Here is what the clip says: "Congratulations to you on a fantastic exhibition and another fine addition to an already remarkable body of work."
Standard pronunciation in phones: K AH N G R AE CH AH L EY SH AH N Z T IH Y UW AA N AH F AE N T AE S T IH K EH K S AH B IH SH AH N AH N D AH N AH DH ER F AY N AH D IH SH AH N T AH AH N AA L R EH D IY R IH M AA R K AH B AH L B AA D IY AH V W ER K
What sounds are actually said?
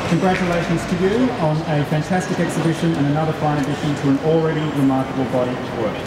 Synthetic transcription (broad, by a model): K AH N G R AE CH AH L EY SH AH N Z T IH Y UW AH N AH F AE N T AE S T IH K EH K S AH B IH SH AH N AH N AH N AH DH ER F AY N AH D IH SH AH N T AH AH N L R EH D IY R IH M AA R K AH B AH L B AA D IY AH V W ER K